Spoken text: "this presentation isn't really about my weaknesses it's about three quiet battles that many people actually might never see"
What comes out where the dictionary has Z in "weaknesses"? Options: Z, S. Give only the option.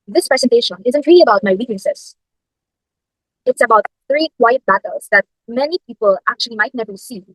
S